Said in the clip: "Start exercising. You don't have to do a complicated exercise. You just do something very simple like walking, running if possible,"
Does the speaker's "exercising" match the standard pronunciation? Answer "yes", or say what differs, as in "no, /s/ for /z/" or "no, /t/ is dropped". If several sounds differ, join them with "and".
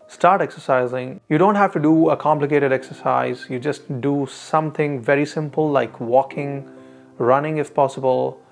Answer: yes